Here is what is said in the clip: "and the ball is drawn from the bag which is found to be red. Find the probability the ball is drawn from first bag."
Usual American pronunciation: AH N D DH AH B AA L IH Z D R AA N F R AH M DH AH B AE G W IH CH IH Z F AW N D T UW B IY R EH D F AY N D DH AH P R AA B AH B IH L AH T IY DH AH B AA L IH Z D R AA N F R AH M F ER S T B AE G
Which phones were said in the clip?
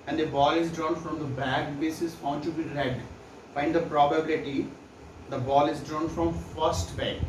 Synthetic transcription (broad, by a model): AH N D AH B AA L IH Z D R AA N F R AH M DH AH B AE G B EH S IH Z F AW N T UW B IY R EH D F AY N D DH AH P R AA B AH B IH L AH T IY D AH B AA L IH Z D R AA N F R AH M F ER S T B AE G